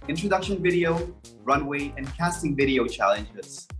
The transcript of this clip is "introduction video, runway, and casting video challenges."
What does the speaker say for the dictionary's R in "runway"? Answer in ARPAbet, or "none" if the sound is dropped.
R